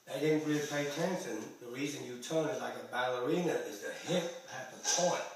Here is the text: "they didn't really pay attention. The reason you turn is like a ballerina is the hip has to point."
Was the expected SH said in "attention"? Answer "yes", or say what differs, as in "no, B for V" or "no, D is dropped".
no, S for SH